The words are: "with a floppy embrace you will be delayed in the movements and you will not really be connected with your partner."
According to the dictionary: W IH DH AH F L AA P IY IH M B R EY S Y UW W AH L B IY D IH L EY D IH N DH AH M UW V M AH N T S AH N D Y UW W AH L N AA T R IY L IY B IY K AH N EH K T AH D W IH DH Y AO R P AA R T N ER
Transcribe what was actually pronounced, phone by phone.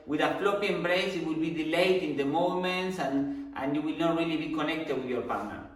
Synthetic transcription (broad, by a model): W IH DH AH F L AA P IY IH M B R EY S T W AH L B IY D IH L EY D IH N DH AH M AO M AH N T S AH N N Y UW W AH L N AA T R IY L IY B IY K AH N EH K T AH D W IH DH Y AO R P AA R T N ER